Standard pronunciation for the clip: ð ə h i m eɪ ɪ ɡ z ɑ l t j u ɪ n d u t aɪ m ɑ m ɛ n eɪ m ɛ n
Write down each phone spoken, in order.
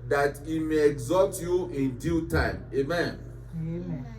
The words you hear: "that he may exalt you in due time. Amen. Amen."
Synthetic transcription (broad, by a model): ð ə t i m eɪ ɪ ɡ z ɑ t j u ɪ n d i t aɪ ɑ m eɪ m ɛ n